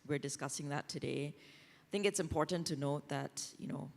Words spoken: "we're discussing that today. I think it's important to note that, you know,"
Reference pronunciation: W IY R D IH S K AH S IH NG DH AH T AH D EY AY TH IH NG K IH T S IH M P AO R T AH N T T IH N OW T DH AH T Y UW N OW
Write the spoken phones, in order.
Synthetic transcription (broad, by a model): W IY R D IH S K AH S IH NG DH AH T AH D EY AY TH IH NG K IH T S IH M P AO R T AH N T T IH N OW T DH AH T Y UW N OW